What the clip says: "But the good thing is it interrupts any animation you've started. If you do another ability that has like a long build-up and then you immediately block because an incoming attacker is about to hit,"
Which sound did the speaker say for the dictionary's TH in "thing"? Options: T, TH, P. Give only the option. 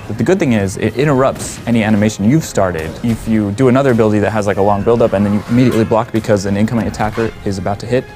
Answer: TH